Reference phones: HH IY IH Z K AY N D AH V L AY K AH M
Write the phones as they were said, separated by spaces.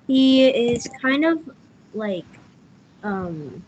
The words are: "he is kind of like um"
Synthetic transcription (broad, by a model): HH IY IH Z K AY N D AH V L AY K AH M